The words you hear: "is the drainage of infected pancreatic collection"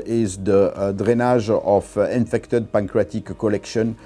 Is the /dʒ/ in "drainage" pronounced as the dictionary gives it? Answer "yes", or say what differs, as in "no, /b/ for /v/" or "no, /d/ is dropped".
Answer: no, /ʒ/ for /dʒ/